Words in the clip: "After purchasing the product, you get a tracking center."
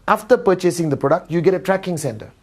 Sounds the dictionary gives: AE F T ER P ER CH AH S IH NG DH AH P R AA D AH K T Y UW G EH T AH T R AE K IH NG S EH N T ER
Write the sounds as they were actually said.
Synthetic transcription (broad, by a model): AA F T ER P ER CH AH S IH NG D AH P R AA D AH K T Y UW G EH T AH T R AE K IH NG S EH N T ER